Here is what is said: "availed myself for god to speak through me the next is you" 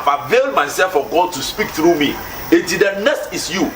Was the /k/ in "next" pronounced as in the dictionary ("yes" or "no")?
no